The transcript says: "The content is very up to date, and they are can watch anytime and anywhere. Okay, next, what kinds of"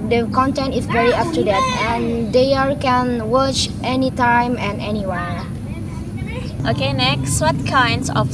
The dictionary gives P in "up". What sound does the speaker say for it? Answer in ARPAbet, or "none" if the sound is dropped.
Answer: F